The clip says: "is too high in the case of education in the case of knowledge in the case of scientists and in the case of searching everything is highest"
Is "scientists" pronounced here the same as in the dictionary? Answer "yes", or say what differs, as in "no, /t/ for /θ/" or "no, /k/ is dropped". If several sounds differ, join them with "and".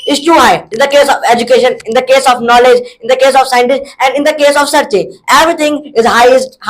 yes